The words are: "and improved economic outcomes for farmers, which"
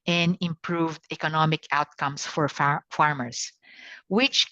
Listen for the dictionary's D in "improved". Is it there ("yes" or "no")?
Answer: yes